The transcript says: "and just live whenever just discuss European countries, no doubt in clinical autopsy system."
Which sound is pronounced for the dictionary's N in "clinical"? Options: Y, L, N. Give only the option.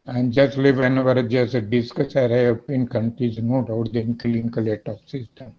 L